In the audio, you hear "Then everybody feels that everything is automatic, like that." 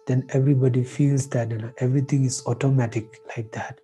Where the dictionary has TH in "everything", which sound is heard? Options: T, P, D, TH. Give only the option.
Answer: T